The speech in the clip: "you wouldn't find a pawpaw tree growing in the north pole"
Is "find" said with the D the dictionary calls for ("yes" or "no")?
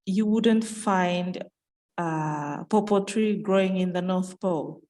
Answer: yes